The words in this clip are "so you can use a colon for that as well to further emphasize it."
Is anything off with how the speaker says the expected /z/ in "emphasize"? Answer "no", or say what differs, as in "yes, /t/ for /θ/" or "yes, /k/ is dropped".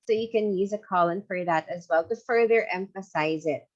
no